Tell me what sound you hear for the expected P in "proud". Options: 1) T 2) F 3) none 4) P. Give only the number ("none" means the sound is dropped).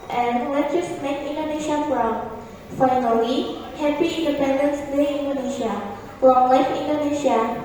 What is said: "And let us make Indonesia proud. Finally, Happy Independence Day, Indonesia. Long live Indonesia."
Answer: 2